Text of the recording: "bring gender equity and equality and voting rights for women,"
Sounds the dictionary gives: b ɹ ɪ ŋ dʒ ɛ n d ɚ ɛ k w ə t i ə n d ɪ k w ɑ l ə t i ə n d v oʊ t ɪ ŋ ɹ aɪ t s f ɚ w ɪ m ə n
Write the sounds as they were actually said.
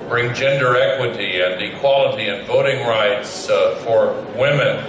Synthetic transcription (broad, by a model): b ɹ ɪ ŋ dʒ ɛ n d ɚ ɛ k w ə t i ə n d ɪ k w ɑ l ə t i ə n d v oʊ t ɪ ŋ ɹ aɪ t s f ɚ w ɪ m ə n